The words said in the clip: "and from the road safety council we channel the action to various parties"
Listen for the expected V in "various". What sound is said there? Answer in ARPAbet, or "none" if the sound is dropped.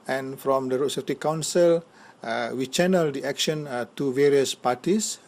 V